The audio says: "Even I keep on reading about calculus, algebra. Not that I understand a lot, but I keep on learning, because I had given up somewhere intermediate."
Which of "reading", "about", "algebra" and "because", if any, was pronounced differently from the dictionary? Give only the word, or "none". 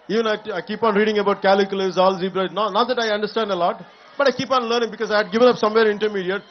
algebra